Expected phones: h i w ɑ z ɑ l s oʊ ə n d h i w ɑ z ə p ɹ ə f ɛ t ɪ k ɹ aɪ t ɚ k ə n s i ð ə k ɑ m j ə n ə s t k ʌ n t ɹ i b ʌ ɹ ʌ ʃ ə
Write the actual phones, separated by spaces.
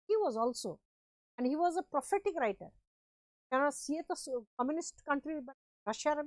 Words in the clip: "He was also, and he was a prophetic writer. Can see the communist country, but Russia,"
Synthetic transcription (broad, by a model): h i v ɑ z ɑ l s oʊ ə n d h i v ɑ z ə p ɹ ə f ɛ t ɪ k ɹ aɪ t ɚ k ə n s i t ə k ɑ m j ə n ə s t k ʌ n t ɹ i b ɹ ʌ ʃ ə